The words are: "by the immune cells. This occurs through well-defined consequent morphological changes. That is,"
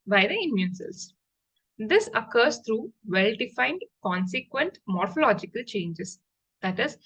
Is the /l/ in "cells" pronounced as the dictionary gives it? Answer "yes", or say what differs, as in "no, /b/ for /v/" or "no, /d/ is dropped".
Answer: no, /l/ is dropped